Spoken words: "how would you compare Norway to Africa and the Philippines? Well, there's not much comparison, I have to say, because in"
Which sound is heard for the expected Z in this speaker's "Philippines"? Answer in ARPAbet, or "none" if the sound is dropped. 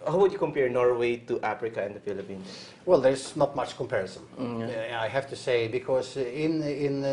none